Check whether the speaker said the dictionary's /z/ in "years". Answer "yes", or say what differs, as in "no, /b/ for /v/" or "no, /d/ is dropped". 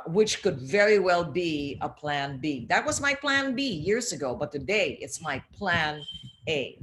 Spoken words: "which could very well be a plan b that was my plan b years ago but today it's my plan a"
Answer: yes